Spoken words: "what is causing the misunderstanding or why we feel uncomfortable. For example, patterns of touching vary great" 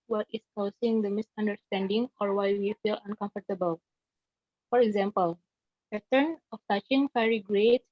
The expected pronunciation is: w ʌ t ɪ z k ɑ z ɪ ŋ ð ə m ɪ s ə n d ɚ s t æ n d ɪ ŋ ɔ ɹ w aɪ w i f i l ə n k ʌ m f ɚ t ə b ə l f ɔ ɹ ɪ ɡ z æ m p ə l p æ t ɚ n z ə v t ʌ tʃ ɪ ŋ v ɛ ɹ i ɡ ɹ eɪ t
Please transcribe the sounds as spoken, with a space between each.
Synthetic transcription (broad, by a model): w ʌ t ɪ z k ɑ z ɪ ŋ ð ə m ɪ s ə n d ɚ s t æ n d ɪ ŋ ɔ ɹ w aɪ w i f i l ə n k ʌ m f ɚ t ə b ə l f ɔ ɹ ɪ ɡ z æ m p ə l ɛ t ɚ n ə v t ʌ tʃ ɪ ŋ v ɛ ɹ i ɡ ɹ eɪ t